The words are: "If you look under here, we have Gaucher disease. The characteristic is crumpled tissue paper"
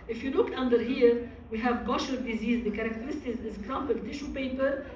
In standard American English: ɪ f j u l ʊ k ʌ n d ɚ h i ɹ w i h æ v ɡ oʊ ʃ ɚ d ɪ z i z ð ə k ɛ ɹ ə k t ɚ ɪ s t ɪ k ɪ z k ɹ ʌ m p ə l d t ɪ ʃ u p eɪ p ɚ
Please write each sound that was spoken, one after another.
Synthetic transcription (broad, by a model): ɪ f j u l ʊ k ʌ n d ɚ h i ɹ w i h æ v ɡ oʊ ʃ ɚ d ɪ z i z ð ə k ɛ ɹ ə k t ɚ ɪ s t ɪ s ɪ z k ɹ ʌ m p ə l t ɪ ʃ u p eɪ p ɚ